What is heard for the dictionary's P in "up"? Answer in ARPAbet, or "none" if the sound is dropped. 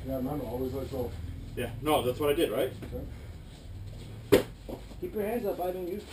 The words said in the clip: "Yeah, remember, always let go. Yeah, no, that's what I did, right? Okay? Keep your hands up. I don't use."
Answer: B